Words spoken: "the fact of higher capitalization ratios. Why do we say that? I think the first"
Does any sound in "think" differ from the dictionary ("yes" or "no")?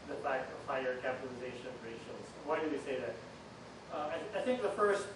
no